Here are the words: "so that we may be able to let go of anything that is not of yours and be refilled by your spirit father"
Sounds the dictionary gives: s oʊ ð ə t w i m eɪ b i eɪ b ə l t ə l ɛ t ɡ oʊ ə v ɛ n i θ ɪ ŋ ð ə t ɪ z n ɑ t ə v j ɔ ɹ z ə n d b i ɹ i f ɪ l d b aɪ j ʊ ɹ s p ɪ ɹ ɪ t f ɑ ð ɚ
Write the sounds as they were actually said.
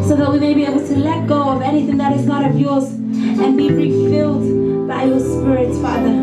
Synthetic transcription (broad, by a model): s oʊ ð ə t w i m eɪ b i eɪ b ə l t ə l ɛ t ɡ oʊ ə v ɛ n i θ ɪ ŋ ð ə t ɪ z n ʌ t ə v j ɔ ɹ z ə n b i ɹ i f ɪ l d b aɪ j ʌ ɹ s p ɪ ɹ ɪ t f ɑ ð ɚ